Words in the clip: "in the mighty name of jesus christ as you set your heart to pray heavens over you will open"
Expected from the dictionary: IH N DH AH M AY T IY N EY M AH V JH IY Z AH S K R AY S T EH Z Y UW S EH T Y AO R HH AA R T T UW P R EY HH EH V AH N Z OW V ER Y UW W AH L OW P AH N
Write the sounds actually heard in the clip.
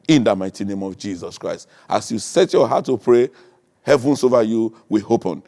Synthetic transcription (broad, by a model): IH N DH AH M AY T IY N EY M AH V JH IY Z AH S K R AY S T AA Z Y UW S EH T Y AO HH AA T T UW P R EY HH EH V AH N S OW V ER Y UW W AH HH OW P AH N